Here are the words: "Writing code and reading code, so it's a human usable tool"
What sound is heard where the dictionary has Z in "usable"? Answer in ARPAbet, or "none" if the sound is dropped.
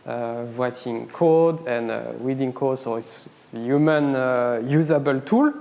Z